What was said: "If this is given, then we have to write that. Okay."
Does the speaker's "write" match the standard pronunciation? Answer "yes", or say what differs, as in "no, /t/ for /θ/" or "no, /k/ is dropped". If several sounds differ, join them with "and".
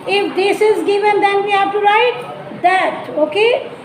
yes